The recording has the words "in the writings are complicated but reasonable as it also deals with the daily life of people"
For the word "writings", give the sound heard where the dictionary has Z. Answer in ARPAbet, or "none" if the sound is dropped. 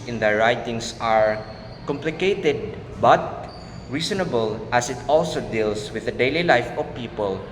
S